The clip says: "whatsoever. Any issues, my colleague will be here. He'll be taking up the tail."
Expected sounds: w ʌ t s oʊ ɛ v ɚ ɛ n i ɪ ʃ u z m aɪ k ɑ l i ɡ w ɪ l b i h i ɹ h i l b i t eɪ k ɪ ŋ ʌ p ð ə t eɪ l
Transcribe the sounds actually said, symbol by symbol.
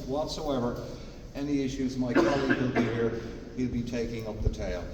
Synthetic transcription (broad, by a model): w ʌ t s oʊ ɛ v ɚ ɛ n i ɪ ʃ u z m aɪ k ɑ l i ɡ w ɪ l b i h i ɹ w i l b i t eɪ k ɪ ŋ ʌ p ð ə t eɪ l